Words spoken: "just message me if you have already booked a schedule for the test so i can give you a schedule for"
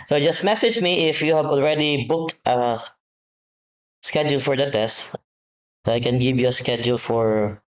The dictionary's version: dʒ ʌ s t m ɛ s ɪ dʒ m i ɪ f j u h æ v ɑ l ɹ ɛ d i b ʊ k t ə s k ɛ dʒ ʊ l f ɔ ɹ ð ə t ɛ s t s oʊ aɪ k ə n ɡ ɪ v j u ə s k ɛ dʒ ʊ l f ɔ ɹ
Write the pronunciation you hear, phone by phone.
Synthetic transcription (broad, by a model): dʒ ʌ s t m ɛ s ɪ dʒ m i ɪ f j u h æ v ɑ l ɹ ɛ d i b ʊ k t ə s k ɛ dʒ ʊ l f ɔ ɹ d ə t ɛ s t s oʊ aɪ k ə n ɡ ɪ v j u ə s k ɛ dʒ ʊ l f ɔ ɹ